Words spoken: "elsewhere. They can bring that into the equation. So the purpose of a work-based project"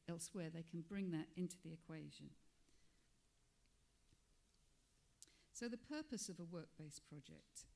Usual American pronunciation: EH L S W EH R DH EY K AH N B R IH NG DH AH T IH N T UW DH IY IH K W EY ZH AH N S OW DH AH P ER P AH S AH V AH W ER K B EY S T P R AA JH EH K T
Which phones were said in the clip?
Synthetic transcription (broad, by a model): EH L S W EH DH EY K AH N B R IH NG DH AH T IH N T UW DH IY IH K W EY ZH AH N S OW DH AH P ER P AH S AH V AH W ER K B EY S P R AA JH EH K T